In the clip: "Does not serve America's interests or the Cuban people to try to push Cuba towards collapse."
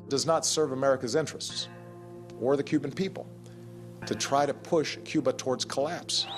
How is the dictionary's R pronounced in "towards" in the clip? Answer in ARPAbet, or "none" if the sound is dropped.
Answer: R